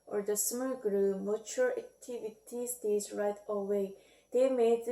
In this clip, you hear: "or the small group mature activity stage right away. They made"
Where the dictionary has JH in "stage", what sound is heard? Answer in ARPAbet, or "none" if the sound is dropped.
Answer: Z